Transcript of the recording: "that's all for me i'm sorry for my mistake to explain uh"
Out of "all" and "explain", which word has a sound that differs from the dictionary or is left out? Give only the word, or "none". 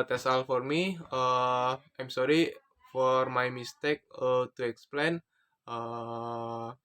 none